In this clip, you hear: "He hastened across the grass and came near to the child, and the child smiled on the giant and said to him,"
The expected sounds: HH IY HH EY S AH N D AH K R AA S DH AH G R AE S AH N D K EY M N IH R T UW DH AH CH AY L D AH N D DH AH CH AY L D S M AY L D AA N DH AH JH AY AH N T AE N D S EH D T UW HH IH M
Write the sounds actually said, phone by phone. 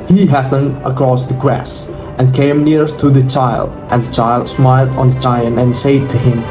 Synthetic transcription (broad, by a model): HH IY HH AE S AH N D AH K R AA S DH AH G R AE S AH N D K EY M N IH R T UW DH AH CH AY L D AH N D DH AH CH AY L D S M AY L D AA N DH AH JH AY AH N AE N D S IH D T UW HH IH M